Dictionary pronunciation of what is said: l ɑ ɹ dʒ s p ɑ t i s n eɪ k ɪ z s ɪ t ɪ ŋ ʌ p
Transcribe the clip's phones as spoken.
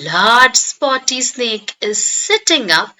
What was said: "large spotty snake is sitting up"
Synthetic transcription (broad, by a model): l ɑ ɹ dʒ s p ɑ t i s n eɪ k ɪ z s ɪ t ɪ ŋ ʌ p